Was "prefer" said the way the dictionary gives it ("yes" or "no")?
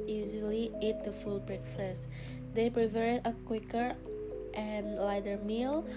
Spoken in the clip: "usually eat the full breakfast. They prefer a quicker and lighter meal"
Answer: no